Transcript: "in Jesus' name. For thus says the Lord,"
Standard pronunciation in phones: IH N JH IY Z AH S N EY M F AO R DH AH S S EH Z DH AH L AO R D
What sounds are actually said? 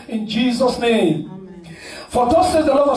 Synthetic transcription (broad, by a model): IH N JH IY Z AH S N EY M F AO R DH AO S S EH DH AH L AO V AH